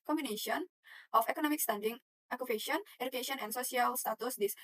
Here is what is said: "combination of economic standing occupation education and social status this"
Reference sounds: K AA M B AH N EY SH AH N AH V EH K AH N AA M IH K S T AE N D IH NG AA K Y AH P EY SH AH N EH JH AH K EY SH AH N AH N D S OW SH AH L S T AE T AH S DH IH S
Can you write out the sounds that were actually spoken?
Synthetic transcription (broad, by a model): K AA M B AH N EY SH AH N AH F EH K AH N AA M IH K S T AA N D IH NG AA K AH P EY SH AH N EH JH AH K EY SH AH N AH N S OW S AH L S T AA T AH S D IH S